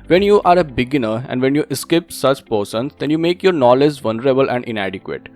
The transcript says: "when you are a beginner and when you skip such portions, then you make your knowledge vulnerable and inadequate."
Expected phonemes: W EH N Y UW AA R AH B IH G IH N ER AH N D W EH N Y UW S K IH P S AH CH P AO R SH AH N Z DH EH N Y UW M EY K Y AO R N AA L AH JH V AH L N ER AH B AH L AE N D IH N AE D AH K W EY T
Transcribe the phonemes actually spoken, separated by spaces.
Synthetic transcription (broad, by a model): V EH N Y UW AA R AH B IH G IH N ER AH N D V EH N Y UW S K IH P S AH CH P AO R S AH N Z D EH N Y UW M EY K Y AO R N AA L AH JH V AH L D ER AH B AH L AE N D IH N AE D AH K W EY T